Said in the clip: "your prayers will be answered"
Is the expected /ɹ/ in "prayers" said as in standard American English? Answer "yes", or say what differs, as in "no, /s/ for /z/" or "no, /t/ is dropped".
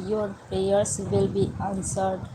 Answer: no, /ɹ/ is dropped